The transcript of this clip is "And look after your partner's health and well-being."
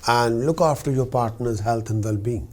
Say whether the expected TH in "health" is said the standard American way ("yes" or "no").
no